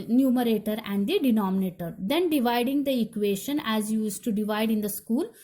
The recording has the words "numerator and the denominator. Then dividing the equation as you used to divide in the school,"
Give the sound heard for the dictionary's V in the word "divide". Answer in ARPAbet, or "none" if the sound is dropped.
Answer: V